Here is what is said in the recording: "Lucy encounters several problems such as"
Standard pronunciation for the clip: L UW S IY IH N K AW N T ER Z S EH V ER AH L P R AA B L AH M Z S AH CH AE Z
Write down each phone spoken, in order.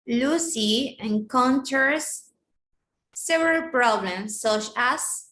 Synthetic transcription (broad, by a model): L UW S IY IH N K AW N T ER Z S EH V ER AH L P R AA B L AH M S AH CH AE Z